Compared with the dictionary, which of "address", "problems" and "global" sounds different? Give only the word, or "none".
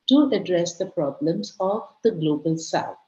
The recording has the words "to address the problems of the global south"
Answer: none